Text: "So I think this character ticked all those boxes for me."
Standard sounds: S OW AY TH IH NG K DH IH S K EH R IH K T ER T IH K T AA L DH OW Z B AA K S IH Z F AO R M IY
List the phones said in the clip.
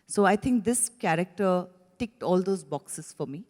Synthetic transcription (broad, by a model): S OW AY T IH NG K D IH S K EH R IH K T ER T IH K T AA L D OW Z B AA K S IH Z F AO R M IY